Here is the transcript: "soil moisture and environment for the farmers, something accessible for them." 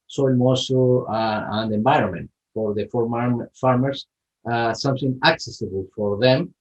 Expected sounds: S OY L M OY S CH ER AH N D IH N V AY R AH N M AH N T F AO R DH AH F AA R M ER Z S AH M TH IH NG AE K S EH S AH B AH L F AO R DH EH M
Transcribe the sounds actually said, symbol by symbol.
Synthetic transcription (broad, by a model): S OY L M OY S AO AH N D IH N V AY R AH N M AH N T F AO R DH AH F AA R M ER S S AH M TH IH NG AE K S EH S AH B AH L F AO R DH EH M